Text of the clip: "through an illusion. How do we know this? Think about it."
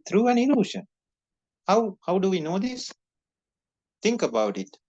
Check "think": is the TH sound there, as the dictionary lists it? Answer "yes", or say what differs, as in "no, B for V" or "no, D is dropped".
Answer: no, T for TH